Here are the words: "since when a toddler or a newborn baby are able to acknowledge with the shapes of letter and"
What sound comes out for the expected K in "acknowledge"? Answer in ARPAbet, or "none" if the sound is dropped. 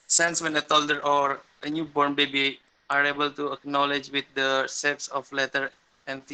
K